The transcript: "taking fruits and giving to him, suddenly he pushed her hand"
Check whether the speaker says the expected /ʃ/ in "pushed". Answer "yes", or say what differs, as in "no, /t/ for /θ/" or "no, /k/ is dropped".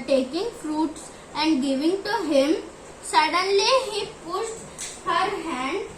no, /s/ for /ʃ/